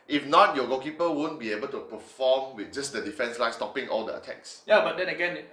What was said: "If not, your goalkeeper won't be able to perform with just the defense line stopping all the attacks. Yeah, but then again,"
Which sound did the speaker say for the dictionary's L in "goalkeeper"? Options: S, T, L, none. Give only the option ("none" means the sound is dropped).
none